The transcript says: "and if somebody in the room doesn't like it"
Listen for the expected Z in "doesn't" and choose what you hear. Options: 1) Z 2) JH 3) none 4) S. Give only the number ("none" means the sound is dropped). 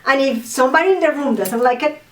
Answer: 4